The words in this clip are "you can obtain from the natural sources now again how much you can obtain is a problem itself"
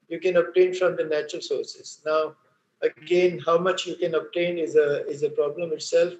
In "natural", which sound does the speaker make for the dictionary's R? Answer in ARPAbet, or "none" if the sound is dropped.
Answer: R